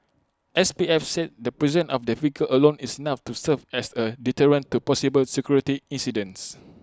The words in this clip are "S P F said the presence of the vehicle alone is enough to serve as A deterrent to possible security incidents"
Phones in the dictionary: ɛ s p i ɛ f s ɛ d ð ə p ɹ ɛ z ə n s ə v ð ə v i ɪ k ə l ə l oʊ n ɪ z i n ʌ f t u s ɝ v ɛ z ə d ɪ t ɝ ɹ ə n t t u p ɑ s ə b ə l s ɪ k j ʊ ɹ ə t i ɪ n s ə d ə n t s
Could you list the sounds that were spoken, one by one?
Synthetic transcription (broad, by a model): ɛ s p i ɛ f s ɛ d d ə p ɹ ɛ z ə n ə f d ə f i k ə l ə l oʊ n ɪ s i n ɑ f t u s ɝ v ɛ s ə d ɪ t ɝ ɹ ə n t t u p ɑ s ə b ə l s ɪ k j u ɹ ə t i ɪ n s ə d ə n s